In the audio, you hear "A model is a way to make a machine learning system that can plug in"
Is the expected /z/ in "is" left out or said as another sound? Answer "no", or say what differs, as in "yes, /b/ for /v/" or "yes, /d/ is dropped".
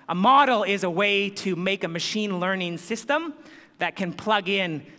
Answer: no